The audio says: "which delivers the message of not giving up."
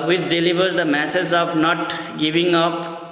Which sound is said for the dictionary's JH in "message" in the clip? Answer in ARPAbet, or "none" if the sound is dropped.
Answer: Z